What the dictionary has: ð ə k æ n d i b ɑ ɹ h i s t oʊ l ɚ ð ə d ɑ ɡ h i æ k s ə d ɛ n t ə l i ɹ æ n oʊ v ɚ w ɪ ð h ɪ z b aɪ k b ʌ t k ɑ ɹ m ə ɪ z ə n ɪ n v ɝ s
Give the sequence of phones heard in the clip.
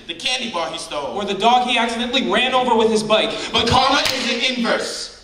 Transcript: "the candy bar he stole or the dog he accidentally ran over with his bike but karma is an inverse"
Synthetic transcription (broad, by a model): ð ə k æ n d i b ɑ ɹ h i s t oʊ w ɚ ð ə d ɑ ɡ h i æ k s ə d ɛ n t l i ɹ æ n oʊ v ɚ w ɪ ð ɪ z b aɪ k b ʌ t k ɑ ɹ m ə ɪ z ə n ɪ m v ɝ s